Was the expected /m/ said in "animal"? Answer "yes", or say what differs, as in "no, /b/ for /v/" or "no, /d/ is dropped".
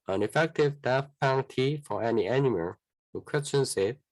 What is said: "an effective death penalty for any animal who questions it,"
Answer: yes